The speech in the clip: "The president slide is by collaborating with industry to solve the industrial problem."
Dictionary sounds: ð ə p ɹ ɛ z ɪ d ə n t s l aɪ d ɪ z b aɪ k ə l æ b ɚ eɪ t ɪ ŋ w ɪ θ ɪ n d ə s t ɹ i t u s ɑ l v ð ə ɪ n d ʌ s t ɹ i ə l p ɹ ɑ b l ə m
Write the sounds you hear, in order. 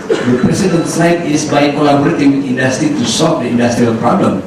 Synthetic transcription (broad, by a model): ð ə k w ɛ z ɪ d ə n s aɪ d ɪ s b aɪ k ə l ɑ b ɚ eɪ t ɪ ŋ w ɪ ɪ n d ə s t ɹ i t u s ɑ l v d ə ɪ n d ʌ s t ɹ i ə l p ɹ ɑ b l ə m